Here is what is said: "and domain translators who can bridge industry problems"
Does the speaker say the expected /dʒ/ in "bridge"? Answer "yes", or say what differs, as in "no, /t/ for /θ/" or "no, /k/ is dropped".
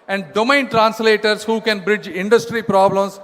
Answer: yes